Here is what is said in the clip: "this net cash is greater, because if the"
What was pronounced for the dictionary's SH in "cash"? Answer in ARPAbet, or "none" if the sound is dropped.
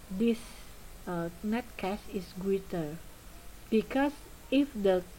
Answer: S